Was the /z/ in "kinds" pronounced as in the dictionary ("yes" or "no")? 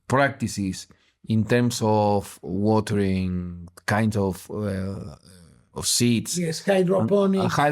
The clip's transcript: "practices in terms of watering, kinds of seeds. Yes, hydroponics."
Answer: no